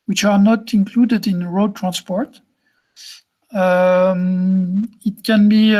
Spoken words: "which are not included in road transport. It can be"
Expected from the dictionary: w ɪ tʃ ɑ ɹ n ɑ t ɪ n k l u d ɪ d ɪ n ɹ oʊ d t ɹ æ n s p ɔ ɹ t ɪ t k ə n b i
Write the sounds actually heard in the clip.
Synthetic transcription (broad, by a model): w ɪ tʃ ɑ ɹ n ɑ t ɪ n k l u d ɪ d ɪ n ɹ oʊ d t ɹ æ n s p ɔ ɹ t ɪ t k ə n b i